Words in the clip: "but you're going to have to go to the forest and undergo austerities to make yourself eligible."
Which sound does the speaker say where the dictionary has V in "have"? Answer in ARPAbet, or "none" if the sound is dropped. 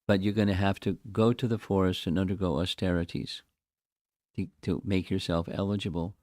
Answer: F